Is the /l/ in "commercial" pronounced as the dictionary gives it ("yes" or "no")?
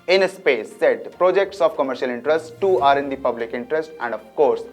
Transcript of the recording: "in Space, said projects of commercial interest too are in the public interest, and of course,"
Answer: yes